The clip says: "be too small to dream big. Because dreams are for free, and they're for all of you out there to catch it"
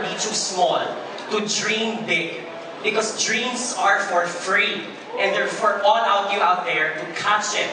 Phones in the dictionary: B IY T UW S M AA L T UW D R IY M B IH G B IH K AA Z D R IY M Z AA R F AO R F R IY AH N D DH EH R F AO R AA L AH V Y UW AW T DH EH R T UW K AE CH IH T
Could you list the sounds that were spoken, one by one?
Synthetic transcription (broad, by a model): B IY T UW S M AA L T UW D R IY M B IH G B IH K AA S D R IY M S AA R F AO R F R IY AH N D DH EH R F AO R AA L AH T Y UW AW T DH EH R T UW K AE CH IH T